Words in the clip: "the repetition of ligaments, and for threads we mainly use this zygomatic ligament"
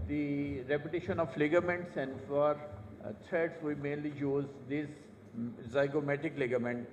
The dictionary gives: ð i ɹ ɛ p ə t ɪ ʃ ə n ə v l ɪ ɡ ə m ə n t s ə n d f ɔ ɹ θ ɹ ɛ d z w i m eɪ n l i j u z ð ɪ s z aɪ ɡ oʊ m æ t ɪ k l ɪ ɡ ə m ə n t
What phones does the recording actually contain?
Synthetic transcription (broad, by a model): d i ɹ ɛ p ə t ɪ ʃ ə n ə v l ɪ ɡ ə m ə n t s ə n d f ɔ ɹ t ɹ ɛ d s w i m eɪ n l i j u z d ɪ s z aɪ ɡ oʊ m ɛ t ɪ k l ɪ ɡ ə m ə n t